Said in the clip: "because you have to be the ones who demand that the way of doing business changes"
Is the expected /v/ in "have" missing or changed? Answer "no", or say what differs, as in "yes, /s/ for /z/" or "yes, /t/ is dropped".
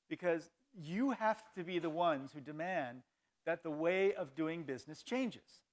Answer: yes, /f/ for /v/